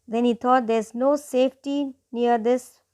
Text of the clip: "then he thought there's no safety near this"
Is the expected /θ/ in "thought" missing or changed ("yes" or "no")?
yes